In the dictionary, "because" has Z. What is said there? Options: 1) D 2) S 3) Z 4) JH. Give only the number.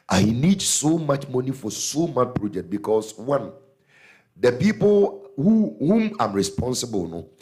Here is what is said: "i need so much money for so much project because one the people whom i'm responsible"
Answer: 2